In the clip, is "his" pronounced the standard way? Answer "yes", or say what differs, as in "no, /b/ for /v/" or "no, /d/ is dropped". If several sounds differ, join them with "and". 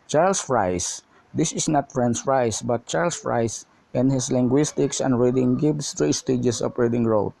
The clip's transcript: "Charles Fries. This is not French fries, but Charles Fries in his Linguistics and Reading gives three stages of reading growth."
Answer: no, /s/ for /z/